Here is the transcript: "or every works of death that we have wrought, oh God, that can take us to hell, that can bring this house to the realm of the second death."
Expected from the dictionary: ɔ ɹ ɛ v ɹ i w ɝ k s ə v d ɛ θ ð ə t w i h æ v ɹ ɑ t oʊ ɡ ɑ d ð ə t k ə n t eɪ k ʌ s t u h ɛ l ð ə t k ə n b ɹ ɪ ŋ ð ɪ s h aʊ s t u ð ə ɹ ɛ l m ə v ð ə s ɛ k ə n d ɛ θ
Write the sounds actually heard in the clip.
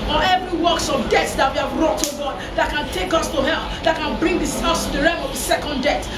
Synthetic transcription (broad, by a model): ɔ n ɛ v ɹ i w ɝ k s ə v d ɛ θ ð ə t w i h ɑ v ɹ ɑ t oʊ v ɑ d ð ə t k ə n t eɪ k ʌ s t u h ɛ l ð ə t k ə n b ɹ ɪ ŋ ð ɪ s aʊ s t u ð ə ɹ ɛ m ə v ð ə s ɛ k ə n d ɛ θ